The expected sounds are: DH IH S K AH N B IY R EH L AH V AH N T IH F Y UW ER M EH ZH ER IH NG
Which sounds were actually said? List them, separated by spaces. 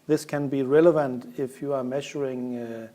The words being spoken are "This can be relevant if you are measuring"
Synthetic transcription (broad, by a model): DH IH S K AH N B IY R EH L AH V AH N T IH F Y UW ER M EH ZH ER IH NG